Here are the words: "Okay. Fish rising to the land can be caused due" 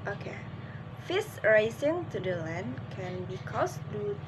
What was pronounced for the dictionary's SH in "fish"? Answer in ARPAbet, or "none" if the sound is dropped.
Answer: S